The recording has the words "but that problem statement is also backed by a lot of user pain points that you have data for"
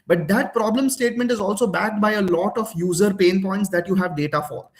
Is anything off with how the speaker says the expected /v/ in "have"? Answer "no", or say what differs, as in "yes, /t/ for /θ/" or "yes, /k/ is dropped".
no